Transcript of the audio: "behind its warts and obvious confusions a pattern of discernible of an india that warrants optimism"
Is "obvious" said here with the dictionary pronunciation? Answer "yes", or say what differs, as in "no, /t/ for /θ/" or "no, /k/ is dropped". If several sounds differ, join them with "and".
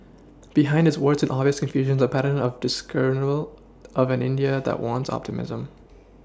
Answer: no, /b/ is dropped